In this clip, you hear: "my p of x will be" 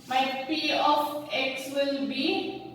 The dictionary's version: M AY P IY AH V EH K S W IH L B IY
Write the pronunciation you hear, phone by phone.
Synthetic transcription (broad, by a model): M AY P IY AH F EH K S W IH L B IY